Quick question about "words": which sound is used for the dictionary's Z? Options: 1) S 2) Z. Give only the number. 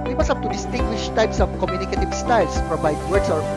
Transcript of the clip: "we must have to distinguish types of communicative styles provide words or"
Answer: 1